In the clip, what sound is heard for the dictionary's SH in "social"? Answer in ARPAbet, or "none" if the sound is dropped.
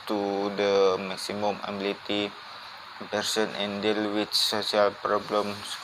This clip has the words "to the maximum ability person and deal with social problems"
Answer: S